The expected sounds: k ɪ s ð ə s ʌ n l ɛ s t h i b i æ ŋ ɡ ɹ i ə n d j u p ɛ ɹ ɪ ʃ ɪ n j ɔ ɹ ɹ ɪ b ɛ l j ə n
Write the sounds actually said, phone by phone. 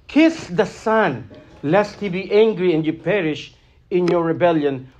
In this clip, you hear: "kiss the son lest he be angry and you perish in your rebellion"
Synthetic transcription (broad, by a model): k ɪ s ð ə s ʌ n l ɛ s t h i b i æ ŋ ɡ ɹ i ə n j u p ɛ ɹ ɪ ʃ ɪ n j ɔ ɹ ɹ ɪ b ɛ l j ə n